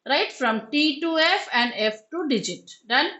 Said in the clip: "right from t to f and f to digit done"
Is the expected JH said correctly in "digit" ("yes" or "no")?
yes